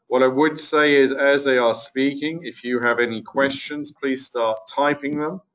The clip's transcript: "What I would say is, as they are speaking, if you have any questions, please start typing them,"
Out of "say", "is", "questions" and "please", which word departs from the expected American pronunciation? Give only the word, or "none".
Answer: none